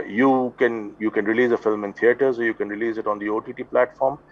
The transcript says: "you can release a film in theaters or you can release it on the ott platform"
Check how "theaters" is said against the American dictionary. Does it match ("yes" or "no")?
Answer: no